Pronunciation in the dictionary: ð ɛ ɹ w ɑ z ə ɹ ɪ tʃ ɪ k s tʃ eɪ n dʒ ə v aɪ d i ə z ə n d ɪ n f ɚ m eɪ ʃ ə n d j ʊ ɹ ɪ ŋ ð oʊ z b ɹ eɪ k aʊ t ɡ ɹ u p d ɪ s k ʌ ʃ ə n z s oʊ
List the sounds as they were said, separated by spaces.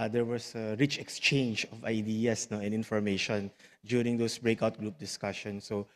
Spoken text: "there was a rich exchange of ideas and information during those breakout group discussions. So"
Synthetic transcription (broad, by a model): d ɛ ɹ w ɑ s ə ɹ ɪ tʃ ɪ k s tʃ eɪ n dʒ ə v aɪ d i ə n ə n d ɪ n f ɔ m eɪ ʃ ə n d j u ɹ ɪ ŋ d oʊ s b ɹ eɪ k aʊ t ɡ ɹ u p d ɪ s k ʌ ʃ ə n s oʊ